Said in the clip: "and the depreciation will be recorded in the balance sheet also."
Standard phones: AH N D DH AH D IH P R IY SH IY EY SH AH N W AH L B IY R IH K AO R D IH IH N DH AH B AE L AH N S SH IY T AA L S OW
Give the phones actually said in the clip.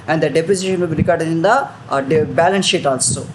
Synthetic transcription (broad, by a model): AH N D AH D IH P AO S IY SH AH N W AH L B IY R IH K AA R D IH IH N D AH B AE L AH N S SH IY T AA L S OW